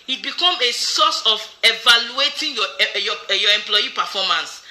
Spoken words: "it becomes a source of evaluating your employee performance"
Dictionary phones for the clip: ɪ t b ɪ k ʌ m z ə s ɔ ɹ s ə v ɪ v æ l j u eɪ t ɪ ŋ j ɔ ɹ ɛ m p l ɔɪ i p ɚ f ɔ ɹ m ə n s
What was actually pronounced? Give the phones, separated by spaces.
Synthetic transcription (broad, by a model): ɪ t b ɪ k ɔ m ə s ɔ s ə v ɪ v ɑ l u eɪ t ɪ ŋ j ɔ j ɛ m p l ɔɪ i p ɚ f ɔ m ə n s